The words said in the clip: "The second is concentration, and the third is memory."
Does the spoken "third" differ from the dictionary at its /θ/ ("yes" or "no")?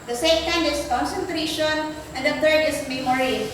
yes